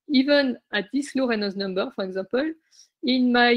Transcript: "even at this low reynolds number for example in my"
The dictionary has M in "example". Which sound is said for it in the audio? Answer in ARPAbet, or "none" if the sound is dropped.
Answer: none